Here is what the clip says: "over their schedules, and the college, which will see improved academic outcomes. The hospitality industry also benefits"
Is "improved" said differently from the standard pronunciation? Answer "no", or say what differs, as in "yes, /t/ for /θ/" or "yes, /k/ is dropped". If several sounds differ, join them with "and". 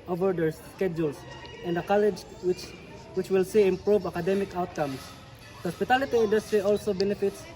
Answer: yes, /d/ is dropped